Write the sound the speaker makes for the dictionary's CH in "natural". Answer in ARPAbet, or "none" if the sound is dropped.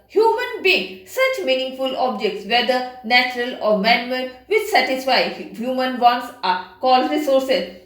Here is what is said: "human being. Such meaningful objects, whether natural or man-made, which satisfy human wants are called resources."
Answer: CH